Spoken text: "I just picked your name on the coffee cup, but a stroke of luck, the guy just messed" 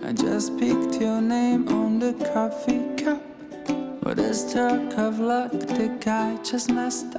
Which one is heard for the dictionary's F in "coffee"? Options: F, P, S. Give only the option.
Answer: F